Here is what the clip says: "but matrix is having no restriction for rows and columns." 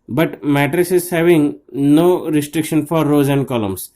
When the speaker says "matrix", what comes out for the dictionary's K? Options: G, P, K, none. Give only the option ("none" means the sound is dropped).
none